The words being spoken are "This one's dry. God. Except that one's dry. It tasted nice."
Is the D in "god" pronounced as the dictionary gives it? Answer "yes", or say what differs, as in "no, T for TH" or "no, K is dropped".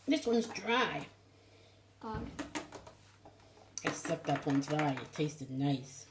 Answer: no, D is dropped